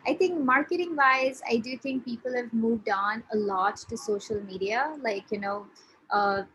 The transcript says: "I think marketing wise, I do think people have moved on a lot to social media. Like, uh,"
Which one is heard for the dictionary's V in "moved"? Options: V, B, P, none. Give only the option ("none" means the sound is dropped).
V